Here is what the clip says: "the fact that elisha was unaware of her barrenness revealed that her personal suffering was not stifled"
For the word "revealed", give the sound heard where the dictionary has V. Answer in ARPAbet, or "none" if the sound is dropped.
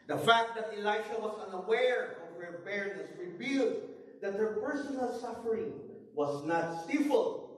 B